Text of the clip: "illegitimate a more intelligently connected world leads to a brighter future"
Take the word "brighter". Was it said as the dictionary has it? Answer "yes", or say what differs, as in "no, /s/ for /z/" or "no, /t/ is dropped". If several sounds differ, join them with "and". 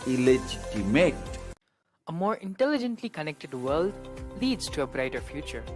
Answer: yes